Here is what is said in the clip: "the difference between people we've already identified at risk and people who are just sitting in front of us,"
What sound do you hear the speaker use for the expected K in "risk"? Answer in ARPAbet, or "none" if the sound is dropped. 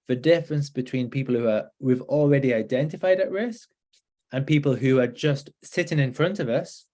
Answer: K